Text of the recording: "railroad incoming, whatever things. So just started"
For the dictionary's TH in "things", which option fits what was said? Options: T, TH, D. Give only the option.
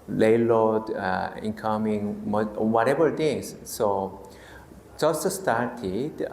T